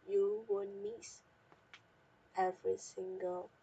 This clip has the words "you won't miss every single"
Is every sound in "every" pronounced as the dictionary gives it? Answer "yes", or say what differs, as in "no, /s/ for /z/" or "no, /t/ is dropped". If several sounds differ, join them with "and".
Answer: yes